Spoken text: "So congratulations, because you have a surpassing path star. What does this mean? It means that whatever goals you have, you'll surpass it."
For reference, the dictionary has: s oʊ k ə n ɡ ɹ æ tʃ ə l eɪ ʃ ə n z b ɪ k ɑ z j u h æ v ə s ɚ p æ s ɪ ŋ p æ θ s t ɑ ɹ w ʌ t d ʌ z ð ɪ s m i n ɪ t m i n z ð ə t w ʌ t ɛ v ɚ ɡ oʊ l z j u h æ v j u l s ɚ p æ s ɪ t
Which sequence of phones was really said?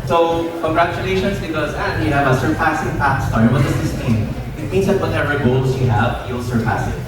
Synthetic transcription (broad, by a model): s oʊ k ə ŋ ɡ ɹ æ tʃ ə l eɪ ʃ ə n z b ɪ k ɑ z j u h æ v ə s ɚ p æ s ɪ ŋ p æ t s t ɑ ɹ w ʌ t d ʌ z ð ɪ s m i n ɪ t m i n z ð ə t w ʌ t ɛ v ɚ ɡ oʊ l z j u h æ v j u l s ɚ p æ s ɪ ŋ